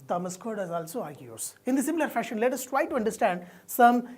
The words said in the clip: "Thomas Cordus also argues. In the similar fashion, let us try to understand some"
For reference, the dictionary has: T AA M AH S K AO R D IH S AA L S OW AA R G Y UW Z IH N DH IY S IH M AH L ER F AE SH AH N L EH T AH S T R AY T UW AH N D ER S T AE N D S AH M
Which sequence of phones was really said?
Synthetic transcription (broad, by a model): T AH M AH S K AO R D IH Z AA L S OW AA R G Y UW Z IH N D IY S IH M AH L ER F AE SH AH N L EH T AH S T R AY T UW AH N D ER S T AE N D S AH M